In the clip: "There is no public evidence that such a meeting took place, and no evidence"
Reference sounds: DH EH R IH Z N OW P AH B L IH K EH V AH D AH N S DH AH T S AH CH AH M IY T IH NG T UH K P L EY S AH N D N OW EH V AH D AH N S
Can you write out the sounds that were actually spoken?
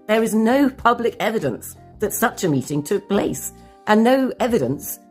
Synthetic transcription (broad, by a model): DH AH R IH Z N OW P AH B L IH K EH V AH D AH N S DH AH T S AH CH AH M IY T IH NG T UH K P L EY S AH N N OW EH V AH D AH N S